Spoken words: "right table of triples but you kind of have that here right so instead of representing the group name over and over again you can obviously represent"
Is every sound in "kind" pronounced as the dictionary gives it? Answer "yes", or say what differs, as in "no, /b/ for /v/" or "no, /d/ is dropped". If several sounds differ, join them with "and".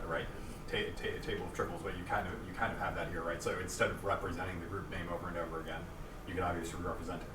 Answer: yes